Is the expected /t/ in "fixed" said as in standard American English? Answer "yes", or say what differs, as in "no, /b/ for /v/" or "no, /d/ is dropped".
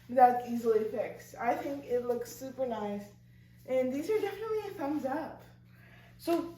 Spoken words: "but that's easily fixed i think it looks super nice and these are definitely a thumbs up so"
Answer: no, /t/ is dropped